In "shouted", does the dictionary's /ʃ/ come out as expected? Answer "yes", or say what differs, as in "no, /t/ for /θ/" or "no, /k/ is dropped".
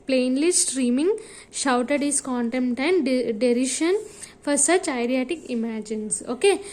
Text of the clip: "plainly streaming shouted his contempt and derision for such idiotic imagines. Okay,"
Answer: yes